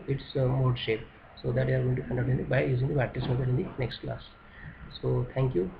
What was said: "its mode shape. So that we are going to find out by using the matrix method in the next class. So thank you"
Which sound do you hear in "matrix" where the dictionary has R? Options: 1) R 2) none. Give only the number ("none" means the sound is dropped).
2